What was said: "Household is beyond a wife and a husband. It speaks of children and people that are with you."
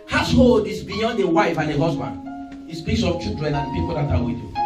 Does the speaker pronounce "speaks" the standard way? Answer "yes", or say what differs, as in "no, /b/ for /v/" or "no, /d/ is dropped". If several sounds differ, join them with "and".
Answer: no, /k/ is dropped